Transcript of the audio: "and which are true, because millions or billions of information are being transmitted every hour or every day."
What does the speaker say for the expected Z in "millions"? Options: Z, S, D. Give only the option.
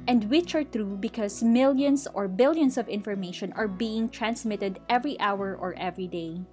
S